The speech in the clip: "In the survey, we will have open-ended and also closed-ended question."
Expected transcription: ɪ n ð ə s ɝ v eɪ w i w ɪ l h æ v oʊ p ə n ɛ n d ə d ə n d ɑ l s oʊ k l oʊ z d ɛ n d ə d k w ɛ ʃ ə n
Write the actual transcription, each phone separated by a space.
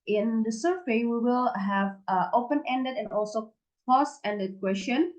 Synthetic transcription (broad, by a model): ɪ n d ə s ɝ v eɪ w i w ɪ l h æ v oʊ p ə n ɛ n d ə d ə n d ɑ l s oʊ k oʊ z ɛ n d ə d k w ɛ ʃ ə n